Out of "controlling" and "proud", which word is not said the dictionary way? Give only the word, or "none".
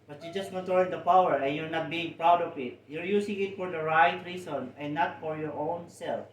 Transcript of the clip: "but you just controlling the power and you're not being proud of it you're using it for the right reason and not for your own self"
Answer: controlling